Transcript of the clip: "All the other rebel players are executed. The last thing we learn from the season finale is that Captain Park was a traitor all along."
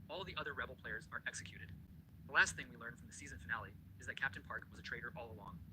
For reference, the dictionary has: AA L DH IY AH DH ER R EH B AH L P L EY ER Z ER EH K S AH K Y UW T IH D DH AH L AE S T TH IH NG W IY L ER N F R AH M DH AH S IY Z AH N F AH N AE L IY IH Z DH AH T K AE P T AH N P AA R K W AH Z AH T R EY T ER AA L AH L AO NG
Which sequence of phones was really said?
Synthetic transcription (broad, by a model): AA L DH IY AH DH ER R EH B L P L EY ER Z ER EH K S AH K Y UW T IH D DH AH L AE S T TH IH NG W IY L ER N F R AH M DH AH S IY Z AH N F AH N AE L IY IH Z DH AH T K AE P T AH N P AA R K W AH Z AH T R EY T ER AA L AH L AO NG